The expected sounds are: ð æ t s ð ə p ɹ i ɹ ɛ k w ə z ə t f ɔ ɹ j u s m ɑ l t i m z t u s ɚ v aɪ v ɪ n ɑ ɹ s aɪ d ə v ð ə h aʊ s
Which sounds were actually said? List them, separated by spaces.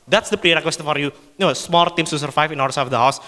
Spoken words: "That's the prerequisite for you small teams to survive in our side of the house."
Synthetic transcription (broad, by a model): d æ t s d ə p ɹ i ɹ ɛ k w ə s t f ɔ ɹ j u s m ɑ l t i m s t u s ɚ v aɪ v ɪ n ɑ ɹ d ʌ ə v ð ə h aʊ s